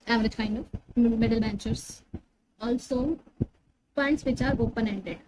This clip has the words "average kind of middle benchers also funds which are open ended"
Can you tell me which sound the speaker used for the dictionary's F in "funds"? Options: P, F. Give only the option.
P